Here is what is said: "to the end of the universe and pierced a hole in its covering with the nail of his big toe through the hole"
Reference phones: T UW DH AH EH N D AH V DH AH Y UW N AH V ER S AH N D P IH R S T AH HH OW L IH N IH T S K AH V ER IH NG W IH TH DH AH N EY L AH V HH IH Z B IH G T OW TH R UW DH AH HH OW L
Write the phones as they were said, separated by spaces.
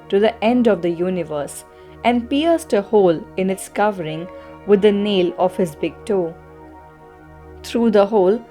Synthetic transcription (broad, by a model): T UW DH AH EH N D AH V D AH Y UW N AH V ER S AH N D P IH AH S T AH HH OW L IH N IH T S K AH V ER IH NG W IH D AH N EY L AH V HH IH Z B IH G T OW T R UW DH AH HH OW L